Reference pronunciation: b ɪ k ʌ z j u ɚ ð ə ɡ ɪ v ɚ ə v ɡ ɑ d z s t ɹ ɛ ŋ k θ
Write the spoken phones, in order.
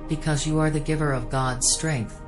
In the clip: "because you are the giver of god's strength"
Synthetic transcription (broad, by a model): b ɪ k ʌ z j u ɚ ð ə ɡ ɪ v ɚ ə v ɡ ɑ d z s t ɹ ɛ ŋ k θ